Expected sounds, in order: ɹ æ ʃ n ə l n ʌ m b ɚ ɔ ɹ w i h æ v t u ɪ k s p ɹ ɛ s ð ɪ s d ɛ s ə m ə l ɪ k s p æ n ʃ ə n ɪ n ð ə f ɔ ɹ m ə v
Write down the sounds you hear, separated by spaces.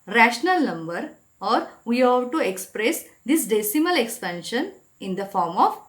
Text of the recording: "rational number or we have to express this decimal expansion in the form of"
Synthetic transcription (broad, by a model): ɹ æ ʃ n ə l n ʌ m b ɚ ɔ ɹ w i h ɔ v t u ɪ k s p ɹ ɛ s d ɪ s d ɛ s ə m ə l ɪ k s p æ n ʃ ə n ɪ n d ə f ɔ ɹ m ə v